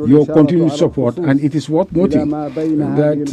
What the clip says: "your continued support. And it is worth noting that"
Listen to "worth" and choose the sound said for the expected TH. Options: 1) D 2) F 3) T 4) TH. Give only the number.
3